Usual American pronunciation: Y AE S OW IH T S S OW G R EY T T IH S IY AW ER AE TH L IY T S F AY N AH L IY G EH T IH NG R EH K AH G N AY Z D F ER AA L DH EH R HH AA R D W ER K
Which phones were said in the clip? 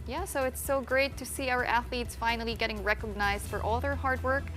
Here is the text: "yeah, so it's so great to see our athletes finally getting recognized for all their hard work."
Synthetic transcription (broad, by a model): Y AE S OW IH T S S OW G R EY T T IH S IY AW ER AE TH L IY T S F AY N L IY G EH T IH NG R EH K AH G N AY Z D F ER AA L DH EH R HH AA R D W ER K